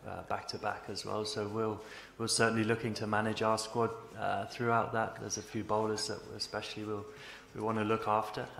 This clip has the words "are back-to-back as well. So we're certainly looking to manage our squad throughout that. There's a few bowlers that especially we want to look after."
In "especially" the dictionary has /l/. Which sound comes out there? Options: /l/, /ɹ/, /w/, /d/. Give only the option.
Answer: /w/